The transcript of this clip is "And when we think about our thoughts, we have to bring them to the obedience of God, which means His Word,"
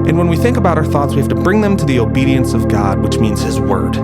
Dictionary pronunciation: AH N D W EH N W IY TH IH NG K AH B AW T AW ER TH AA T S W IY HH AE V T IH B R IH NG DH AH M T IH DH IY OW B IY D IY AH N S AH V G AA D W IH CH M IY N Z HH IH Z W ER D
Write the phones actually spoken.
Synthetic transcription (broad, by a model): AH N W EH N W IY TH IH NG K AH B AW T AW ER TH AA T S W IY HH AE F T IH B R IH NG DH AH M T IH DH IY OW B IY D IY AH N S AH V G AA D W IH CH M IY N Z HH IH Z W ER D